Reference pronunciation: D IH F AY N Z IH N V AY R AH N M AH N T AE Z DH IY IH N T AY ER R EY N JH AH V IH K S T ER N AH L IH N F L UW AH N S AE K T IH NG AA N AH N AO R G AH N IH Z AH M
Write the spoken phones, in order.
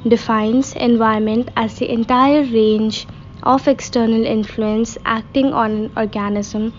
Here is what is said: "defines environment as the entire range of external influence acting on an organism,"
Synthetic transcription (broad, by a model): D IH F AY N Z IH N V AY AH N M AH N T AE Z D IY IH N T AY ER R EY N JH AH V IH K S T ER N AH L IH N F L UW AH N S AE K T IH NG AA N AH N AO R G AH N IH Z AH M